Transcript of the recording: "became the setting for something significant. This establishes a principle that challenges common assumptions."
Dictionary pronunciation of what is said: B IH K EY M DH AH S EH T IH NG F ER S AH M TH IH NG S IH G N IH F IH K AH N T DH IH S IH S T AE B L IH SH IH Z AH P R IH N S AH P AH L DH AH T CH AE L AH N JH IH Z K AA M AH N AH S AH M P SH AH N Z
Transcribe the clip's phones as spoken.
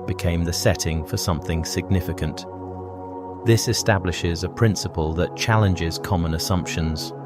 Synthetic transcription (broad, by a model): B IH K EY M DH AH S EH T IH NG F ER S AH M TH IH NG S IH G N IH F IH K AH N T DH IH S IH S T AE B L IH SH IH Z AH P R IH N S AH P AH L DH AH T CH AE L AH N JH IH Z K AA M AH N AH S AH M P SH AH N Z